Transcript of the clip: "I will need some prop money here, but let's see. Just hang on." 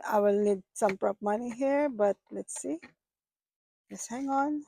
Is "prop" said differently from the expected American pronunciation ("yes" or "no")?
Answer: no